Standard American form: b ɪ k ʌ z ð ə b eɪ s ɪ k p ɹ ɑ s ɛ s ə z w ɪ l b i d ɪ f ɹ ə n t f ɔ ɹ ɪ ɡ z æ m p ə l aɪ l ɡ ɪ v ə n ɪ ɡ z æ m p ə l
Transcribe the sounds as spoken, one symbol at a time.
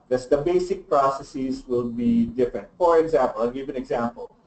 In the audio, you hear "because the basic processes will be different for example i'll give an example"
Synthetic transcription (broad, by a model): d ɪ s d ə b eɪ s ɪ k p ɹ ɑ s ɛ s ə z w ɪ l b i d ɪ f ɹ ə n t f ɔ ɹ ɪ ɡ z æ m p ə l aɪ ɡ ɪ v ə n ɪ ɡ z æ m p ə l